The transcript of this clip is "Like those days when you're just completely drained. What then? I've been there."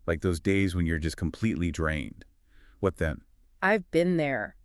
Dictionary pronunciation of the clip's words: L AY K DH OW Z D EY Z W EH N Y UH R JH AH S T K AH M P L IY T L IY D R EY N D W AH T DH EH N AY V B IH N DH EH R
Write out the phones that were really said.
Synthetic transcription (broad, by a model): L AY K DH OW Z D EY Z W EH N Y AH R JH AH S K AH M P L IY T L IY D R EY N D W AH T DH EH N AY V B IH N DH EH R